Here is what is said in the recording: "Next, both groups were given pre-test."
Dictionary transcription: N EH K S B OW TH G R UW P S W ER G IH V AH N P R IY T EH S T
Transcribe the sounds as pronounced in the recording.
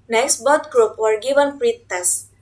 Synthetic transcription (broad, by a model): N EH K S B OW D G R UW P W ER G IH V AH N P R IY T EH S